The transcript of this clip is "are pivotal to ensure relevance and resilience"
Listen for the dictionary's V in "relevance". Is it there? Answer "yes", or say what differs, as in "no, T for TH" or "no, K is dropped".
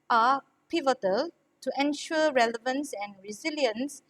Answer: yes